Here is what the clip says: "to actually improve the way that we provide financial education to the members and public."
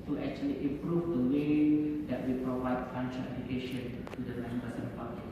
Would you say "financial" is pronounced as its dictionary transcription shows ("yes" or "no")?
no